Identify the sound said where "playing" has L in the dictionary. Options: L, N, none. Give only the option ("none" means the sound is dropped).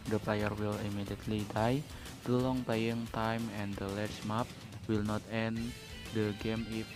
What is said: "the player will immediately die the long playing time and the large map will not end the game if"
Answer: none